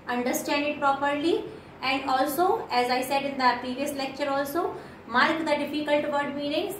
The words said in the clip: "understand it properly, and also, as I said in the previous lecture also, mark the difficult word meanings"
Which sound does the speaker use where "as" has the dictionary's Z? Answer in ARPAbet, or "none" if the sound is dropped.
Z